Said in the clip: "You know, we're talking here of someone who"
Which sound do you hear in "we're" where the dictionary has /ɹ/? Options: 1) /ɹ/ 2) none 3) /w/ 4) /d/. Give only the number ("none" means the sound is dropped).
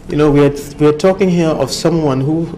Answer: 3